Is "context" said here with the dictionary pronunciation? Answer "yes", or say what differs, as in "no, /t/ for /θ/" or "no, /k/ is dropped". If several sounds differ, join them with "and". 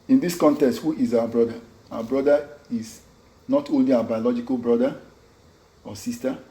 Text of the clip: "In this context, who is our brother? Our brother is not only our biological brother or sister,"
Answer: yes